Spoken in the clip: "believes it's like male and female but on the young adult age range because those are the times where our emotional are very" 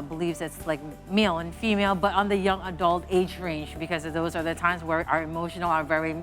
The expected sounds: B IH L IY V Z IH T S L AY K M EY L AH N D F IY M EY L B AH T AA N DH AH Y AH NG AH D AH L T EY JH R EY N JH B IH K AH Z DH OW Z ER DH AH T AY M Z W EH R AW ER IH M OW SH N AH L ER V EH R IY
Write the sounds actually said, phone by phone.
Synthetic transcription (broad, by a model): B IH L IY V Z IH T S L AY K M EY L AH N F IY M EY L B AH T N DH AH Y AH NG AH D AH L T EY JH R EY N JH B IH K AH Z DH OW Z ER DH AH T AY M Z W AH R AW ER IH M OW SH N L ER V EH R IY